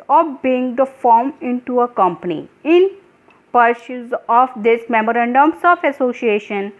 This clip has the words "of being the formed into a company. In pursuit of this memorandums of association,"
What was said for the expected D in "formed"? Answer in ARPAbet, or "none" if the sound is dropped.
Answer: none